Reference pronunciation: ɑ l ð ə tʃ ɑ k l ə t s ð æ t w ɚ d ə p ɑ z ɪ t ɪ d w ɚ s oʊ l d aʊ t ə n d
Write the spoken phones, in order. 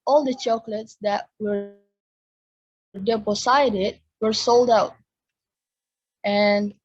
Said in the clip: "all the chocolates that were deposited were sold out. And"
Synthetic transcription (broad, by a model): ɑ l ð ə tʃ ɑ k l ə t s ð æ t w ɚ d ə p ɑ s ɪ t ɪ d w ɚ s oʊ l d aʊ t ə n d